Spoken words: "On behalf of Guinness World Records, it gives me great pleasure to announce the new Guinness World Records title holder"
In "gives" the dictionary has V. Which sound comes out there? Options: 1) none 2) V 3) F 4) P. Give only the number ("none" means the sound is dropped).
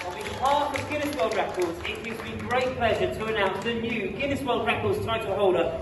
1